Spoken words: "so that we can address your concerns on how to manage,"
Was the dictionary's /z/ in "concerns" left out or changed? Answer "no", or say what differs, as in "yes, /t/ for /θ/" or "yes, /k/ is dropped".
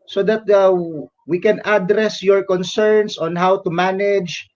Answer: yes, /s/ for /z/